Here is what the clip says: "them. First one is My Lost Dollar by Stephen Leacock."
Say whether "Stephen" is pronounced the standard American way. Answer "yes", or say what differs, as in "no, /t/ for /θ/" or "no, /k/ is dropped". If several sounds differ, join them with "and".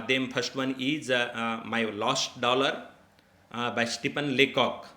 no, /p/ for /v/